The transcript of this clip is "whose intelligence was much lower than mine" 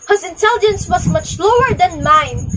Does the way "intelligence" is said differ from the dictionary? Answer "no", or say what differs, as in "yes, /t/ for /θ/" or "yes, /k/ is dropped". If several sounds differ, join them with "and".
no